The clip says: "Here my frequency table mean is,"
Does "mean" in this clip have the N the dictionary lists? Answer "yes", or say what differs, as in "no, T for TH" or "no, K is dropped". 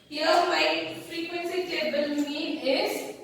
no, N is dropped